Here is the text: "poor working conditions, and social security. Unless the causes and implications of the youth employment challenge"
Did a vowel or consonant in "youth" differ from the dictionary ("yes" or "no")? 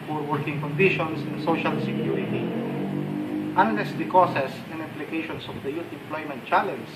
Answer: yes